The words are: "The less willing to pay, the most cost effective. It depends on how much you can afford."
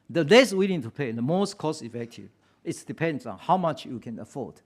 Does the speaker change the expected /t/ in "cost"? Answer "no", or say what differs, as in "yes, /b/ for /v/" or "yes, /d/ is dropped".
yes, /t/ is dropped